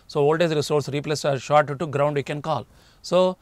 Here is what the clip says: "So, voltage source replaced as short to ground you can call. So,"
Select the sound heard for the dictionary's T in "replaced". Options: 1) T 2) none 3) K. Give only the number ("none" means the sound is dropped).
2